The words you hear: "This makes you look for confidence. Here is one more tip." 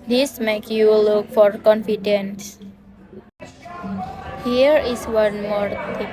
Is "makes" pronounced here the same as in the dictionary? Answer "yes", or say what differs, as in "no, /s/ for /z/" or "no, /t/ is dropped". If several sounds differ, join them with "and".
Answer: no, /s/ is dropped